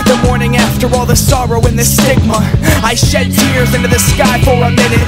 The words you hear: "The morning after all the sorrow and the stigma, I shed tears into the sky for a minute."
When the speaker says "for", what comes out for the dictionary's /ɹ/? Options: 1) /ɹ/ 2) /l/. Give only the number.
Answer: 2